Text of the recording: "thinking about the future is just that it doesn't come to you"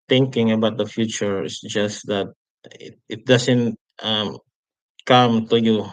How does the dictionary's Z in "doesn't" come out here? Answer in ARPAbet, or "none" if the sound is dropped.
S